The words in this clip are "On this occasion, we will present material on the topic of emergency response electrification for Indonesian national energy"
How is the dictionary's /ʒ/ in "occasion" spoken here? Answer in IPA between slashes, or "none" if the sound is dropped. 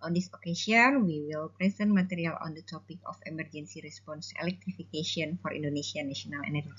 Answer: /s/